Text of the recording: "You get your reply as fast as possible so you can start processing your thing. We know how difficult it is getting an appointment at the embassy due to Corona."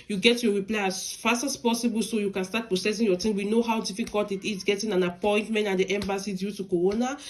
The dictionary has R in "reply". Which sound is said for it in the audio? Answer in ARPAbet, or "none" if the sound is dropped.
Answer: R